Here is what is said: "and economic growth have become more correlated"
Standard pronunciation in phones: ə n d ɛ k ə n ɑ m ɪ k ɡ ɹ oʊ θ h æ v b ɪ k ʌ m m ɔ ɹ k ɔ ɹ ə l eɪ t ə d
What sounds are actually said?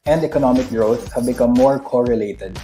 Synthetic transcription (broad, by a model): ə n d ɛ k ə n ɑ m ɪ k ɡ ɹ oʊ s h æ v b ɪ k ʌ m m ɔ ɹ k ɔ ɹ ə l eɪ t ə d